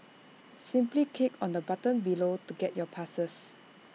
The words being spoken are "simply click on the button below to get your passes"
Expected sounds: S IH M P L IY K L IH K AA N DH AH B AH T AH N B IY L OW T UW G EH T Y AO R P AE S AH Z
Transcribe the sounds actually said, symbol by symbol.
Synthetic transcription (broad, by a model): S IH M P L IY K EH K AA N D AH B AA T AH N B IY L OW T UW G EH T Y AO P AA S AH S